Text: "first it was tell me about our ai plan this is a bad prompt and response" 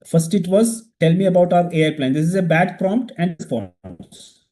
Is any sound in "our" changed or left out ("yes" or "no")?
no